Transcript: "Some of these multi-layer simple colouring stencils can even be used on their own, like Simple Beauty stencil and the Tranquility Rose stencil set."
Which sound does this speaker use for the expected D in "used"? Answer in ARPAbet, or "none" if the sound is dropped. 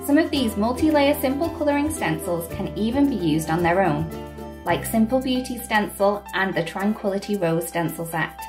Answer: D